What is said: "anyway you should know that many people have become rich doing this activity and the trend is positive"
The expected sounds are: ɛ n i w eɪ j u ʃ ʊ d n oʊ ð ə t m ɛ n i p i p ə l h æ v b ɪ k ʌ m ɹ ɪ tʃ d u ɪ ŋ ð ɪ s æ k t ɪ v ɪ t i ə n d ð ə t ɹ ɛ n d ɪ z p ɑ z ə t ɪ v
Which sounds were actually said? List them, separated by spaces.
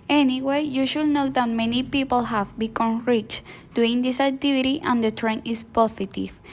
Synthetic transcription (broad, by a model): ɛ n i w eɪ j u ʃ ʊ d n oʊ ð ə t m ɛ n i p i p ə l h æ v b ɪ k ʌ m ɹ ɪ tʃ d u ɪ ŋ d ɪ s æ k t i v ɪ t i ə n d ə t ɹ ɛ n ɪ s p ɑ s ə t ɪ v